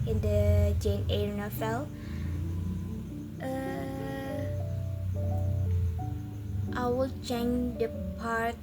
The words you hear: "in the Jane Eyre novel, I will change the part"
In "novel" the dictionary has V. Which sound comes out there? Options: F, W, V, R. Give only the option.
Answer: F